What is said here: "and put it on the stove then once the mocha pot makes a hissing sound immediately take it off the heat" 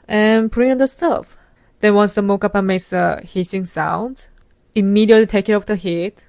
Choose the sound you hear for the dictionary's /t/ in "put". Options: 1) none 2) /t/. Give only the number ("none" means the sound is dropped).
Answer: 1